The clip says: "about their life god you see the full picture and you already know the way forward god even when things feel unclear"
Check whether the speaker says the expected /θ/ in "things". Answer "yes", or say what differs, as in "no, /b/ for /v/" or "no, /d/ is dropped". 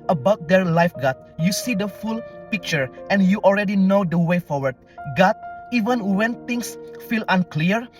no, /t/ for /θ/